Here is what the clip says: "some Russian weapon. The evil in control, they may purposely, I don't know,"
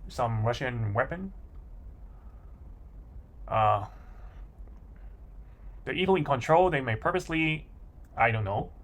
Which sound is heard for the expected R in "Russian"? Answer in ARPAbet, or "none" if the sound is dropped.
R